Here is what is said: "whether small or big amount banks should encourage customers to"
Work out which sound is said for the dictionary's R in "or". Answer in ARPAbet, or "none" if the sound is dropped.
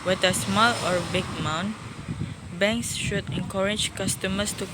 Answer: R